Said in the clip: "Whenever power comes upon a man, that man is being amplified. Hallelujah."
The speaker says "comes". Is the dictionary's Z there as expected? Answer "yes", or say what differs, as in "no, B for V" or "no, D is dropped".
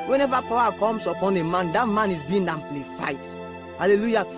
no, S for Z